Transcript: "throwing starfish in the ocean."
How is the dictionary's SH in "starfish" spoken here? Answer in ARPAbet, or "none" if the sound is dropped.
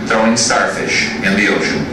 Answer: SH